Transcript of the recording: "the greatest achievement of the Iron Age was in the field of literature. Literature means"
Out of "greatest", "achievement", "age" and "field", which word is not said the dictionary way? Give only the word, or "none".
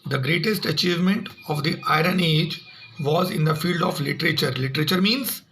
none